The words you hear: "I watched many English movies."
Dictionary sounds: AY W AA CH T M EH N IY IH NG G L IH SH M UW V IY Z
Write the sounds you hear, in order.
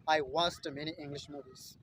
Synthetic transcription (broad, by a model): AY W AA S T M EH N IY IH NG G L IH SH M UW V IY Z